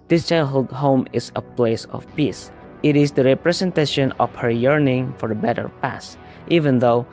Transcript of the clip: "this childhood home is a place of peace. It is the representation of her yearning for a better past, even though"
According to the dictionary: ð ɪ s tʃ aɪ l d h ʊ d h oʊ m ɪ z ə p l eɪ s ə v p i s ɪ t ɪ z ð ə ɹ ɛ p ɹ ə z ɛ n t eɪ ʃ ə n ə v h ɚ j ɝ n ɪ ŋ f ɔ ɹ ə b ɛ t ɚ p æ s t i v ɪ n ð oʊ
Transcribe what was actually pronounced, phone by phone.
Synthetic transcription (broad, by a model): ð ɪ s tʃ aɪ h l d h oʊ m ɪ s ə p l eɪ s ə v p i s ɪ t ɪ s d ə ɹ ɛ p ɹ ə s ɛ n t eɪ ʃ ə n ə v h ɚ j ɝ n ɪ ŋ f ɔ ɹ ə b ɛ t ɚ p æ s t i v ɪ n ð oʊ